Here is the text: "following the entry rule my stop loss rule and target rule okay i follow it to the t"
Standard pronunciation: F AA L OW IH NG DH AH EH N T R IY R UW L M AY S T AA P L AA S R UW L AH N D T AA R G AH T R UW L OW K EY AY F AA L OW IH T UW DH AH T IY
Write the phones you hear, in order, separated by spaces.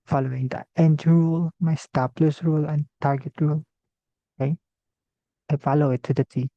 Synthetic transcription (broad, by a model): F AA L OW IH NG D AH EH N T IY R UW L M AY S T AA P L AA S R UW L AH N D T AA R G AH T R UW L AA IH AY F AA L OW IH T UW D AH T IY